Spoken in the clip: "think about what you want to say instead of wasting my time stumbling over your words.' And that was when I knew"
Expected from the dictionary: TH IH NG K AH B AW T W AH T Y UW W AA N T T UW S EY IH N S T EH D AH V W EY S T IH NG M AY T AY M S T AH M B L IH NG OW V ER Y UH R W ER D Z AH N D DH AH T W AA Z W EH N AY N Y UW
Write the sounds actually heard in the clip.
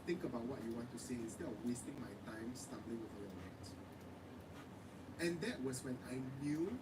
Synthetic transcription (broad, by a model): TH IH NG K AH B AW T W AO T Y UW W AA N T T UW S EY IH S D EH AH W EY S T IH NG M AY T AY M S T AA M B L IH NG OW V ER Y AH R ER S AH N D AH T W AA S W EH N AY N Y UW